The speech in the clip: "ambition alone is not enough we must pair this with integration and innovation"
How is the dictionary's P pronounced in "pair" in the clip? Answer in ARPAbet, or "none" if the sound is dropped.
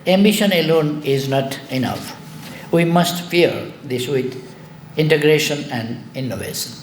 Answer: F